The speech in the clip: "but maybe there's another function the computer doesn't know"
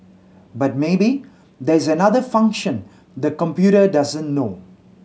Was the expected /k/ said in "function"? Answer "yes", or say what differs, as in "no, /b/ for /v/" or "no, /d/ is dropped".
yes